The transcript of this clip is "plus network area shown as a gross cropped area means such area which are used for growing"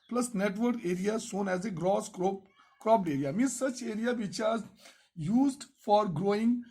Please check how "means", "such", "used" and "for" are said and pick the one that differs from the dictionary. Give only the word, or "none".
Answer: means